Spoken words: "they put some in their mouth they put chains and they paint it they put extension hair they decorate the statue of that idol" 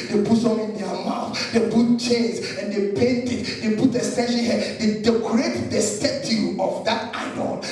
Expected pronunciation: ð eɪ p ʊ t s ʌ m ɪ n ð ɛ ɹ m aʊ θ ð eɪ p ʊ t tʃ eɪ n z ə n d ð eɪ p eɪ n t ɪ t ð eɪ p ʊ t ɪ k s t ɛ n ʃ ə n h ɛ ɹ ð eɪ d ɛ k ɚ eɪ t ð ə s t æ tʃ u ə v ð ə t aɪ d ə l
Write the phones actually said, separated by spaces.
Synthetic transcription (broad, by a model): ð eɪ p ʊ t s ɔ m ɪ n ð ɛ m aʊ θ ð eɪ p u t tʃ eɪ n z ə n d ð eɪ p eɪ n t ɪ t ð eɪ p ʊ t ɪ s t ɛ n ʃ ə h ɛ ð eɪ d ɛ k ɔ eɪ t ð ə s t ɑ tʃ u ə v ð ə t aɪ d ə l